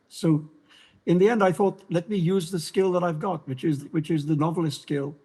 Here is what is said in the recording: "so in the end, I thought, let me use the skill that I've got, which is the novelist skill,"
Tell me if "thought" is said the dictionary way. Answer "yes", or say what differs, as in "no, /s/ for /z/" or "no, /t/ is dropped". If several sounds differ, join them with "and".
yes